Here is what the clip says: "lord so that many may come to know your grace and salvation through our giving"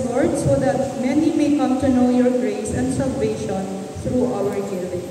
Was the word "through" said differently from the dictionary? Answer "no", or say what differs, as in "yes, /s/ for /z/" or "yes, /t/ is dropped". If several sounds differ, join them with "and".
yes, /t/ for /θ/